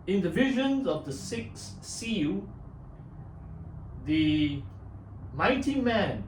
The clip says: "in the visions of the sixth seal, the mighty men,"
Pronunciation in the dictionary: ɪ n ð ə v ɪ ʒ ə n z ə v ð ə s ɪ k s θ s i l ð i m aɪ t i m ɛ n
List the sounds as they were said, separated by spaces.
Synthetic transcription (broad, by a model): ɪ n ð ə v ɪ ʒ ə n z ə v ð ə s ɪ k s s i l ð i m aɪ t i m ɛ n